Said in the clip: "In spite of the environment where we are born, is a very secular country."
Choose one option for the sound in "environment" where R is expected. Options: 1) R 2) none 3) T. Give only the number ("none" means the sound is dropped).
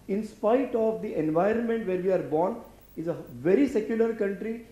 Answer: 1